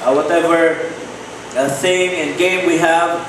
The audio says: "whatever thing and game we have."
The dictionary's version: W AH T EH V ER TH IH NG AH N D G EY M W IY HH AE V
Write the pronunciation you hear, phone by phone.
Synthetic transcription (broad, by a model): W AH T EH V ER S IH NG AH N G EY M W IY HH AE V